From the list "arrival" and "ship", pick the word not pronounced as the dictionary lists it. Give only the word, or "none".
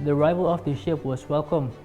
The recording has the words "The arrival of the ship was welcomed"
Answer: none